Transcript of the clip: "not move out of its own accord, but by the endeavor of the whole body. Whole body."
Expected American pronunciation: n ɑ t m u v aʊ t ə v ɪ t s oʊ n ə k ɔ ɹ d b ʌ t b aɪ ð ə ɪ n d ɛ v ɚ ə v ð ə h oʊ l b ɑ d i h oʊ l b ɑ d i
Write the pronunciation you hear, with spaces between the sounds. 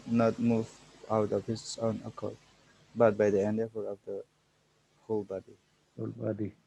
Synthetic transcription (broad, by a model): n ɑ t m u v aʊ t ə p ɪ s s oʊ n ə k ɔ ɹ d b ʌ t b aɪ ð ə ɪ n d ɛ f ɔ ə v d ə h oʊ l b ɑ d i h oʊ l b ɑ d i